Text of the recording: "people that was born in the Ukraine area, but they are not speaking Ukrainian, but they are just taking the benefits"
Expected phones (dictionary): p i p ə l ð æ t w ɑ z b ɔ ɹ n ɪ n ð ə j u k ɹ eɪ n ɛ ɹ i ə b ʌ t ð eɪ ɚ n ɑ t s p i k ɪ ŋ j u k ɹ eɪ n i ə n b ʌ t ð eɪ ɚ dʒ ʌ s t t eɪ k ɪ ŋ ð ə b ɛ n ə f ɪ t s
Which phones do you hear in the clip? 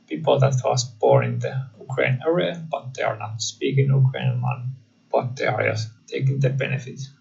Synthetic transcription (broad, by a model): p i p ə l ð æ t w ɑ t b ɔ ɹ ɪ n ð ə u k ɹ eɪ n ɛ ɹ i ə b ʌ t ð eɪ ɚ n ɑ t s p i k ɪ ŋ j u k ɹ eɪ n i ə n b ʌ t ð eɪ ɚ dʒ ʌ s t t eɪ k ɪ ŋ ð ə b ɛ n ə f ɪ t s